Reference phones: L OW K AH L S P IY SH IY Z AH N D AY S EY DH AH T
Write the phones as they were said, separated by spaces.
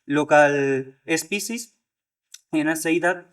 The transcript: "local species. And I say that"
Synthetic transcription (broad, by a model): L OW K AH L S P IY S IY S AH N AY S EY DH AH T